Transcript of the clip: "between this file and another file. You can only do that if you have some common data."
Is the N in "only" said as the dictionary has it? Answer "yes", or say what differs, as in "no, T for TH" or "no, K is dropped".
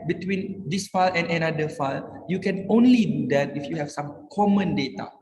yes